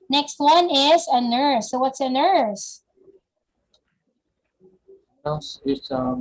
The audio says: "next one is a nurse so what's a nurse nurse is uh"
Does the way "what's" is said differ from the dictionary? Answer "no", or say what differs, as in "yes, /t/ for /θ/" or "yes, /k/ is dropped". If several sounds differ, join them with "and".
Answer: no